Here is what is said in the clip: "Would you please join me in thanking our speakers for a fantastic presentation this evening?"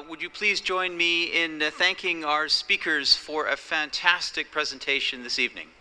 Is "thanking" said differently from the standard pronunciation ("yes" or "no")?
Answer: no